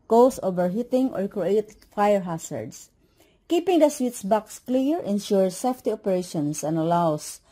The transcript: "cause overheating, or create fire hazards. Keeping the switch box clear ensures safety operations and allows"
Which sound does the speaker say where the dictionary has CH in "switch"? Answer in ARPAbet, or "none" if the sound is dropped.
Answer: S